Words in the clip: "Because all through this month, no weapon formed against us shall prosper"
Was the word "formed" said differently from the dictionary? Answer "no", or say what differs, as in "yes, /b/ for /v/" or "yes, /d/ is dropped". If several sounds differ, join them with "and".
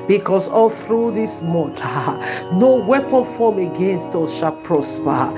yes, /d/ is dropped